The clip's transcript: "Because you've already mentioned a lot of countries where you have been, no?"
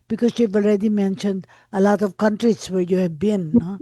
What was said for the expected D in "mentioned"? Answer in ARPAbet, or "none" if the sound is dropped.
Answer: D